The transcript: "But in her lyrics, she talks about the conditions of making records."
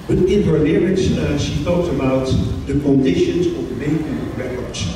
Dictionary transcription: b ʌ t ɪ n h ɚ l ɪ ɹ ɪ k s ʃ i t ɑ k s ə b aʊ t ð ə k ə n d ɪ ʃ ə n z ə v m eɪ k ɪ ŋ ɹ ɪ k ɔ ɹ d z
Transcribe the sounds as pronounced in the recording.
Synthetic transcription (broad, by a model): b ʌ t ɪ n h ɚ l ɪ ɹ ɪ s ʃ i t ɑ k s ə b aʊ t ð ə k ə n d ɪ ʃ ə n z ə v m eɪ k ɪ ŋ ɹ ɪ k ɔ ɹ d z